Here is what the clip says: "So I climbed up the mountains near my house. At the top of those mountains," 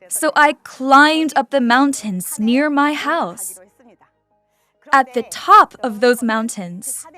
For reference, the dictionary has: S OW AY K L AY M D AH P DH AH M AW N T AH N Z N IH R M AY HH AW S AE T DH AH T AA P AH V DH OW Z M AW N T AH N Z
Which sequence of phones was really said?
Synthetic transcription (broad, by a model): S OW AY K L AY M D AH P DH AH M AW N T AH N Z N IH R M AY HH AW S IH T DH AH T AA P AH V DH OW Z M AW N T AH N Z